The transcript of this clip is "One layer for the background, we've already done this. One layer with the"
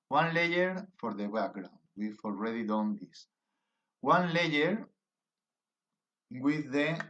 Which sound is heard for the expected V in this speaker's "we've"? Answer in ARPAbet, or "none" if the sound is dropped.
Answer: F